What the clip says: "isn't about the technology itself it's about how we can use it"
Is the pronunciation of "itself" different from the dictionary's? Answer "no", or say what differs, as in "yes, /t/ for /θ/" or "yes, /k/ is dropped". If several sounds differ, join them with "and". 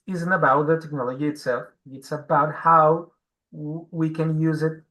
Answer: no